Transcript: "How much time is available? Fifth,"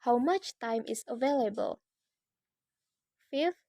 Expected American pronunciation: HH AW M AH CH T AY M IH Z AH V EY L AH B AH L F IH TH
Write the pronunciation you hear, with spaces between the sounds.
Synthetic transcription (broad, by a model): HH AW M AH CH T AY M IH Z AH V EY L AH B AH L F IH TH